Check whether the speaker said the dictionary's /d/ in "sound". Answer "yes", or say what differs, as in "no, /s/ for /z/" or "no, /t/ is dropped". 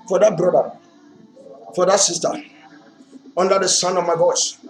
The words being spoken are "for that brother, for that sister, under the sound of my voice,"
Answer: no, /d/ is dropped